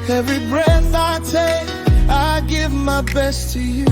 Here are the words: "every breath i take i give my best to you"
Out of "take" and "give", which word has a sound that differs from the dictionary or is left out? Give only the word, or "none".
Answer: take